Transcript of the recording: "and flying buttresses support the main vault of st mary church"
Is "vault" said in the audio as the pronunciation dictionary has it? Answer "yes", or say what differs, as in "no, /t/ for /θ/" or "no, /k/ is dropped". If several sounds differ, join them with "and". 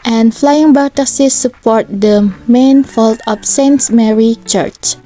no, /f/ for /v/